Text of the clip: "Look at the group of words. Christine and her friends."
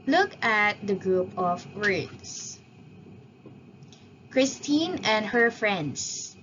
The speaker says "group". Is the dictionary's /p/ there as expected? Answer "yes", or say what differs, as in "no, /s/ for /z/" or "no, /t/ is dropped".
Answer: yes